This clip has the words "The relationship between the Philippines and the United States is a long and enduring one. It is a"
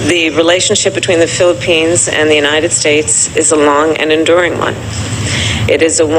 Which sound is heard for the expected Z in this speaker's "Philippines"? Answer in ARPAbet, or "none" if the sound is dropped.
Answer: Z